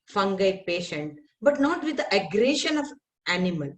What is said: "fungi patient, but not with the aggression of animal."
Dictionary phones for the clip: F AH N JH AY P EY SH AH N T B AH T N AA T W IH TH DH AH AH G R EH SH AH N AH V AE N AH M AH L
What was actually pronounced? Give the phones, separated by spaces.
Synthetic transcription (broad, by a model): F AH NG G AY P EY SH AH N T B AH T N AA T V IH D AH AH G R EH SH AH N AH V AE N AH M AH L